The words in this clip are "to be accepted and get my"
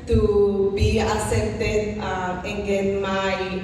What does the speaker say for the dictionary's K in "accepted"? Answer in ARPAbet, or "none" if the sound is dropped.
none